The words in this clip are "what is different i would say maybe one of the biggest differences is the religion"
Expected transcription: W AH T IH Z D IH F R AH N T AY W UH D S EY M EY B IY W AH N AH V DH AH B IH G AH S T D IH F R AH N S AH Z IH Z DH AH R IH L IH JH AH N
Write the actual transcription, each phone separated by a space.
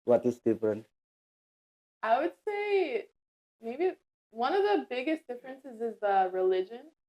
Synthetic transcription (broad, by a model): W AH T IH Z D IH F R AH N T AY W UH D S EY M EY B IY W AH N AH V DH AH B IH G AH S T D IH F R AH N S AH Z IH Z DH AH R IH L IH JH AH N